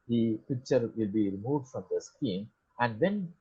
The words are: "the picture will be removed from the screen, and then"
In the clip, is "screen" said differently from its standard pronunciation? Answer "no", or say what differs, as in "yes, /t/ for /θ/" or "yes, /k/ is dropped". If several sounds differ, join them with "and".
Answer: yes, /ɹ/ is dropped